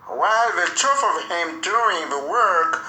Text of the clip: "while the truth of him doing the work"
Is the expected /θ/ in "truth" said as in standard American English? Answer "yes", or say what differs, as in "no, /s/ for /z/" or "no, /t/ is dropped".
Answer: no, /f/ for /θ/